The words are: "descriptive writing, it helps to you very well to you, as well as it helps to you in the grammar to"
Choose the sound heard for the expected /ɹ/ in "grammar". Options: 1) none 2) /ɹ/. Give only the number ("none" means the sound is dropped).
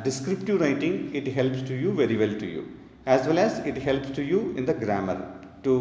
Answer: 2